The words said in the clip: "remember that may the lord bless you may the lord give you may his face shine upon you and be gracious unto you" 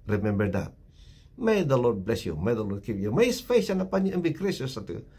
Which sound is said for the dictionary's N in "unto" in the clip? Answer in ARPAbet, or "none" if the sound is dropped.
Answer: none